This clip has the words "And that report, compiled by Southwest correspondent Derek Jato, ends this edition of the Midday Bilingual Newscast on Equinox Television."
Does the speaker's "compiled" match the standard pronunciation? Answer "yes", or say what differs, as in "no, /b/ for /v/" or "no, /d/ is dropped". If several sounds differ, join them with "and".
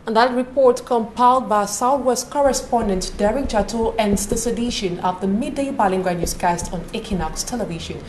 yes